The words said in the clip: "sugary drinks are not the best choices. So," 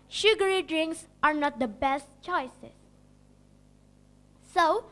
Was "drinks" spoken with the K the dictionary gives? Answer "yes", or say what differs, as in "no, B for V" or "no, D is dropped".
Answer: yes